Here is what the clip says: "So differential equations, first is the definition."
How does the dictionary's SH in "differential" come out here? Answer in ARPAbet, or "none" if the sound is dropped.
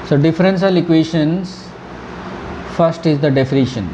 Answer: S